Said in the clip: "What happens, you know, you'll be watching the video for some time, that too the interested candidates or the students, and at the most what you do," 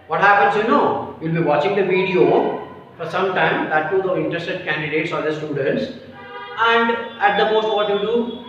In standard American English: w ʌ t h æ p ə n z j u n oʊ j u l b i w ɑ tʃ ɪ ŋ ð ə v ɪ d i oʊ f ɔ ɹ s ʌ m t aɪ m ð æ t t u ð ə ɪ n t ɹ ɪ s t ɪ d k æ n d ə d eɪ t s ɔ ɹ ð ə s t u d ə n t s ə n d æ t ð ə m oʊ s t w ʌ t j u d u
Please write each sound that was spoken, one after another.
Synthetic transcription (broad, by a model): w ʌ t h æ p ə n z j u n oʊ j u l b i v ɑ tʃ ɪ ŋ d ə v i d i oʊ f ɔ ɹ s ʌ m t aɪ m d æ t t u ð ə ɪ n t ɹ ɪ s t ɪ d k æ n d ə d eɪ t s ɔ ɹ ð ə s t u d ə n t s ə n d æ t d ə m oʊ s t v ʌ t j u d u